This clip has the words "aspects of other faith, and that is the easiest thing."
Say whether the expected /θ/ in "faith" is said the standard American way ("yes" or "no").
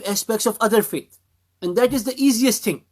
no